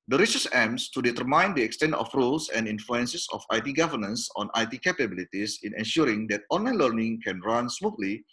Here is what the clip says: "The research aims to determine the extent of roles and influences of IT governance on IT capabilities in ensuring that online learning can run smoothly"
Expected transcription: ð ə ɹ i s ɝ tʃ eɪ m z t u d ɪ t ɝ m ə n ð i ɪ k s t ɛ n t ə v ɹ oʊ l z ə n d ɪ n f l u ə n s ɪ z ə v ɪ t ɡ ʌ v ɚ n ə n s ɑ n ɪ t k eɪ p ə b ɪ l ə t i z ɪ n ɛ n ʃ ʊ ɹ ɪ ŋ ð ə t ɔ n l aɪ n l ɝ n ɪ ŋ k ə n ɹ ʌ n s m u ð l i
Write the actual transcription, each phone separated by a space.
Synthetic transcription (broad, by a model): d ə ɹ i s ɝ s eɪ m s t u d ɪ t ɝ m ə n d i ɪ k s t ɛ n t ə f ɹ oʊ l s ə n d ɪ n f l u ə n s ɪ s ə f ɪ t ɡ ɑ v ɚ n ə n s ɑ n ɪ t k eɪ p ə b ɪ l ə t i s ɪ n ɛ n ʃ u ɹ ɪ ŋ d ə t ɔ n l aɪ n l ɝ n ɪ ŋ k ə n ɹ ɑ n s m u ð l i